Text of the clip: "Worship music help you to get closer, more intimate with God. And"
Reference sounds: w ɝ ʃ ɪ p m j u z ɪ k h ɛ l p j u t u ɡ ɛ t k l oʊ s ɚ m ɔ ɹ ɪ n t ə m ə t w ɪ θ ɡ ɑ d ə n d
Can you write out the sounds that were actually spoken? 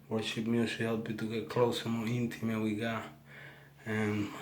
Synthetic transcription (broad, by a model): w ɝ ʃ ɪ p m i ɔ s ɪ h ɛ l p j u t u ɡ ɛ t k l oʊ s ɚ m ɔ ɹ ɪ n t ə m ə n w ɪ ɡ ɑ ə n